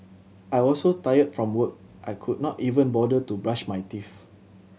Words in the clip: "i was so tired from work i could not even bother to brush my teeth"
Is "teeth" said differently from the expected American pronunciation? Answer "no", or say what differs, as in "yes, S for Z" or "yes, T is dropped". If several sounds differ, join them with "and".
yes, F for TH